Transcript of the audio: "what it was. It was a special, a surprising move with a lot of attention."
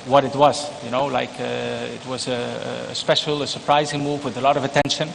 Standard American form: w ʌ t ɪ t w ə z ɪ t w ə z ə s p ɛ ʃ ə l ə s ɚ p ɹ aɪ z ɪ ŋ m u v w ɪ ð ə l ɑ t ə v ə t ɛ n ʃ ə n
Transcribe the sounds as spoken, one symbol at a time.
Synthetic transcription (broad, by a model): w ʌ t ɪ t w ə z ɪ t w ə z ə s p ɛ ʃ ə l ə s ɚ p ɹ aɪ z ɪ ŋ m u v w ɪ ð ə l ɑ t ə v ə t ɛ n ʃ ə n